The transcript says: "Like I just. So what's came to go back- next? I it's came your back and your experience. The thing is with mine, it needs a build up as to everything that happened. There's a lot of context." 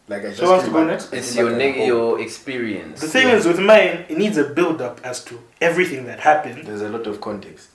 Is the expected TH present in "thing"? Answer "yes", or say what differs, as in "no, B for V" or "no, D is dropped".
no, S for TH